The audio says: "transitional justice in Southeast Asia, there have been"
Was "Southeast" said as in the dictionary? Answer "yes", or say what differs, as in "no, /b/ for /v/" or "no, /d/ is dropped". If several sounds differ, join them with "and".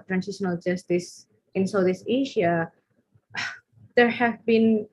no, /t/ is dropped